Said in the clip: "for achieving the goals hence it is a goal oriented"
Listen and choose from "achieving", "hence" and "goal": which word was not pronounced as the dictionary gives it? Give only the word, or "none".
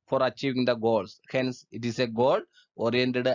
none